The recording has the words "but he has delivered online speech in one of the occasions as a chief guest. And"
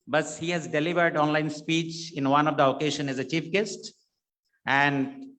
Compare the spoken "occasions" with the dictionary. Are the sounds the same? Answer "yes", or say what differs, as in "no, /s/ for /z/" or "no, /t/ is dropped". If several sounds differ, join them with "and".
no, /ʃ/ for /ʒ/ and /z/ is dropped